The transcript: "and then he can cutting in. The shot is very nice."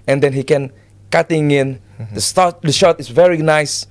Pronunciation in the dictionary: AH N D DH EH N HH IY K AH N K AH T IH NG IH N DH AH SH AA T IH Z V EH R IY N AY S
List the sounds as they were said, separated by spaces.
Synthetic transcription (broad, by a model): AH N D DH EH N HH IY K AH N K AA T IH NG IH N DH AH SH AA T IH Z V EH R IY N AY S